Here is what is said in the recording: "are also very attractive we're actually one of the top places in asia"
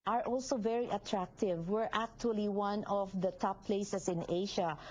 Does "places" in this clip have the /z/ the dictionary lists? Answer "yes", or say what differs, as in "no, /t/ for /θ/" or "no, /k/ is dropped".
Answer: no, /s/ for /z/